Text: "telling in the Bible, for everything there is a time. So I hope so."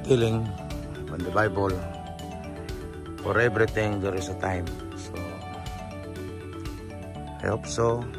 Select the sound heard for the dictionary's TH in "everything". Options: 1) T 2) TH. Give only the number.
1